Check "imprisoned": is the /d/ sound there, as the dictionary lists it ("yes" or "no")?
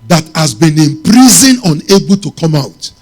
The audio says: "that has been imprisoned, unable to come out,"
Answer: no